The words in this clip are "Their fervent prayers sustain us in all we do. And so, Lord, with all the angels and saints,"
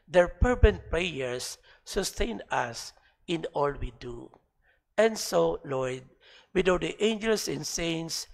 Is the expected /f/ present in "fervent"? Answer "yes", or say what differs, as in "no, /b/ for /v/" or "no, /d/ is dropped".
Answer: no, /p/ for /f/